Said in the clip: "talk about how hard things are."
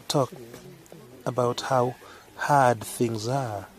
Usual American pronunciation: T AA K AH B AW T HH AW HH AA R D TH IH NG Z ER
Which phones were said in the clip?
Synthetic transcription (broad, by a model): T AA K AH B AW T HH AW HH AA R D TH IH NG Z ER